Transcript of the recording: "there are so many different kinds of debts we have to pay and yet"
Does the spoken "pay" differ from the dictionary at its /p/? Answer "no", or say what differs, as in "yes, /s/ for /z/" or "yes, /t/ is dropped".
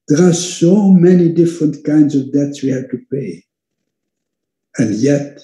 no